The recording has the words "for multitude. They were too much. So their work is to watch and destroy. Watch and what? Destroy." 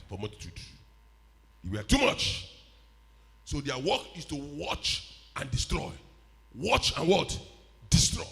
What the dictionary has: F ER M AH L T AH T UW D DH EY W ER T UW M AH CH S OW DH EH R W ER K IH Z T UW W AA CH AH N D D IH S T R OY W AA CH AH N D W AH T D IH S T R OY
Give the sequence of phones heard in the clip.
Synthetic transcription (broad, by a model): F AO M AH T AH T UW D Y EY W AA T UW M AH CH S OW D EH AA W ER K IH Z T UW W AA CH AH N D D IH S T R OY W AA CH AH N W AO T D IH S T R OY